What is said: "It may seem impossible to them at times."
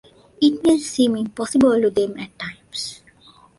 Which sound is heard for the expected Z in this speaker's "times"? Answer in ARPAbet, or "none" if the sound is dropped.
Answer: S